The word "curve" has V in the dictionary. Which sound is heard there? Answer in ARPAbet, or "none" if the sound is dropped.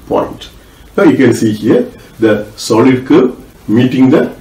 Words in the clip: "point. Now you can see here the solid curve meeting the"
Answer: P